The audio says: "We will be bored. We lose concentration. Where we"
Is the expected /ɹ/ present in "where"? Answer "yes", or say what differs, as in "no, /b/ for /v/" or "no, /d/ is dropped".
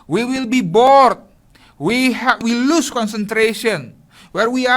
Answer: yes